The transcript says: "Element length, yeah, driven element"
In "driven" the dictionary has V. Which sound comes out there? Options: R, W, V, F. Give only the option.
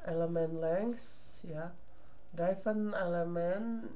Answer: F